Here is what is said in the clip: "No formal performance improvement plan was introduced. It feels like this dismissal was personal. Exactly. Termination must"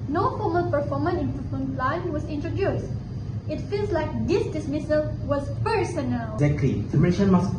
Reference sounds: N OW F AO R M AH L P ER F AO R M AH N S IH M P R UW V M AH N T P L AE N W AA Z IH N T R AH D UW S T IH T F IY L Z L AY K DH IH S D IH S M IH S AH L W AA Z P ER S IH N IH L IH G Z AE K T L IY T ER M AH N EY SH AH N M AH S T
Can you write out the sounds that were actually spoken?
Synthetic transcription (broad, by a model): N OW F AO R M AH L P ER F AO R M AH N IH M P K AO M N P L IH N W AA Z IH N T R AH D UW S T IH T F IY L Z L AY K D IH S D IH S M IH S AH L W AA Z P ER S IH N IH L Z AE K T L IY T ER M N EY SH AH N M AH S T